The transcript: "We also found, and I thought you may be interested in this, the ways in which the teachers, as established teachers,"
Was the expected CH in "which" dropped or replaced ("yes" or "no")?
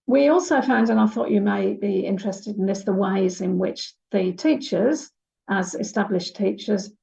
no